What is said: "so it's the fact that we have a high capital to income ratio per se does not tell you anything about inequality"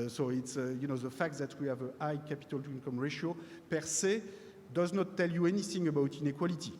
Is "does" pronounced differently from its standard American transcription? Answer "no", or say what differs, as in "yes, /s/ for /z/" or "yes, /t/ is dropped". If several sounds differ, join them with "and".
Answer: no